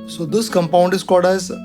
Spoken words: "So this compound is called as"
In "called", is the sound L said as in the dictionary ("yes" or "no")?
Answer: no